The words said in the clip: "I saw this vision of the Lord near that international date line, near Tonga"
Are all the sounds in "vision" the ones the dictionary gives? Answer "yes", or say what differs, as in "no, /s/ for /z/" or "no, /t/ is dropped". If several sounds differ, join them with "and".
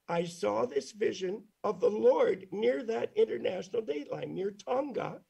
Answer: yes